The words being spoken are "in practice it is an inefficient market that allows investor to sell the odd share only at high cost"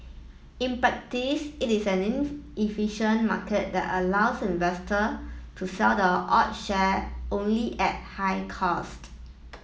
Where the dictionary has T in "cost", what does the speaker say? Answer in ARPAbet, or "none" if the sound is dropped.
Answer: T